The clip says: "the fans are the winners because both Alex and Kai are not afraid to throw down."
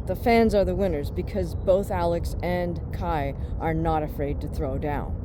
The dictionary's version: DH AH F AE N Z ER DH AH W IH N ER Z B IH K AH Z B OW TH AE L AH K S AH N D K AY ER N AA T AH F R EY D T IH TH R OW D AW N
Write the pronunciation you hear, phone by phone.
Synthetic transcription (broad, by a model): DH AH F AE N Z ER DH AH W IH N ER Z B IH K AH Z B OW TH AE L AH K S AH N K AY ER N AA T AH F R EY D T IH TH R OW D AW N